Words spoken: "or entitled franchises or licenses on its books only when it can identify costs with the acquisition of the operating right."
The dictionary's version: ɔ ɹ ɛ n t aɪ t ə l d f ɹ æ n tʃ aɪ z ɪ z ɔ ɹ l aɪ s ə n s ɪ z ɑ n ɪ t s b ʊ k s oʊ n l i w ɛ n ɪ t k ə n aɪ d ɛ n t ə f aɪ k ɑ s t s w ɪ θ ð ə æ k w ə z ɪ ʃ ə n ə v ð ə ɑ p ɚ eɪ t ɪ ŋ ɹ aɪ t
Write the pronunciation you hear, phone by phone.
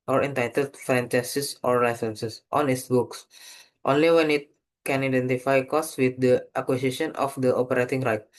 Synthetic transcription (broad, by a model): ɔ ɹ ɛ n t aɪ t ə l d f ɹ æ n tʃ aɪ s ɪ s ɔ ɹ l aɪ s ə n s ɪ s ɑ n ɪ t s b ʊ k s oʊ n l i w ɛ n ɪ t k ə n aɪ d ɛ n t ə f aɪ k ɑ s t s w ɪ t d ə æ k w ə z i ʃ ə n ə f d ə ɑ p ɚ eɪ t ɪ ŋ ɹ aɪ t